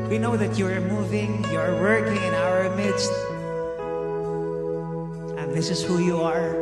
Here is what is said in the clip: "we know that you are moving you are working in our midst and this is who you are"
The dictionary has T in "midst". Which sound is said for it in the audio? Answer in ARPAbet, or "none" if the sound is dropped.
T